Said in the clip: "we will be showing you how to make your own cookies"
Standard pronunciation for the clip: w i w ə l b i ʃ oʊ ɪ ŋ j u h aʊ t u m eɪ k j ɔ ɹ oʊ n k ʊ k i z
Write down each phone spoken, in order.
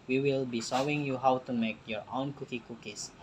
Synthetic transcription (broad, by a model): w i w ə l b i s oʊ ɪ ŋ j u h aʊ t u m eɪ k j ɔ ɹ oʊ n k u k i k